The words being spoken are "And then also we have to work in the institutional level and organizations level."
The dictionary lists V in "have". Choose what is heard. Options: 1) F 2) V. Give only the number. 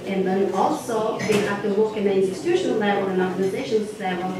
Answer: 1